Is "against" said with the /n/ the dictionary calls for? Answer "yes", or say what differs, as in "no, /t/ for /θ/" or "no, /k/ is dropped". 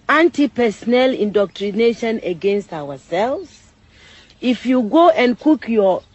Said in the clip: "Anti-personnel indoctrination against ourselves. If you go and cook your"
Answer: yes